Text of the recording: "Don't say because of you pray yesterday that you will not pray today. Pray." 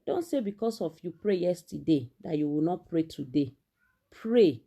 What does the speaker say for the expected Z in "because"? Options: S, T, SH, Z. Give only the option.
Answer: S